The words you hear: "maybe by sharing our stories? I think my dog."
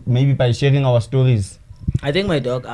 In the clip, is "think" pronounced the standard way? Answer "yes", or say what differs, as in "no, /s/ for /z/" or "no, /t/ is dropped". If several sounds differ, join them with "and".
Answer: no, /t/ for /θ/